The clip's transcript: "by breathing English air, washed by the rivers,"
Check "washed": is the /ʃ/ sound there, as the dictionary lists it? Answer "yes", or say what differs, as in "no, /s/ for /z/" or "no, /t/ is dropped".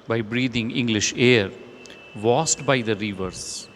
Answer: no, /s/ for /ʃ/